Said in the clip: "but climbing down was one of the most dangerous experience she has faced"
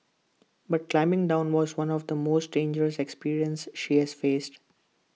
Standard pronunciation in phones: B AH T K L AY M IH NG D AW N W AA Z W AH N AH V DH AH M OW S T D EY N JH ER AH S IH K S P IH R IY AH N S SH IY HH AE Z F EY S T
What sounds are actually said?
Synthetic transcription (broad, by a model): B AH T K L AY M IH NG D AW N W AA Z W AH N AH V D AH M OW S T D EY N JH ER AH S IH K S P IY R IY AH N S SH IY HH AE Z F EY S T